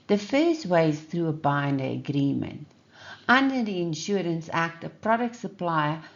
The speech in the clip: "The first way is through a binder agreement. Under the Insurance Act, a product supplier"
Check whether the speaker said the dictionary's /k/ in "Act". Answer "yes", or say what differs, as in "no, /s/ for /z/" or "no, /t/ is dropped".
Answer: yes